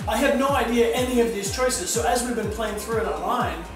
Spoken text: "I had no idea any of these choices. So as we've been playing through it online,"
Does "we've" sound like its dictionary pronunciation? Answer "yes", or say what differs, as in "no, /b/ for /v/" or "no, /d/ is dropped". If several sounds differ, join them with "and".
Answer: yes